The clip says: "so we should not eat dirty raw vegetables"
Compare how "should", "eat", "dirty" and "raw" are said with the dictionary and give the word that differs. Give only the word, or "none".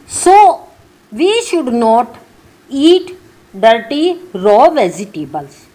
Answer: none